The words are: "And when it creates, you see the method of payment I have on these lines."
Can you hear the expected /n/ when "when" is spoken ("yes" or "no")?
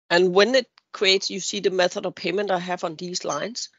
yes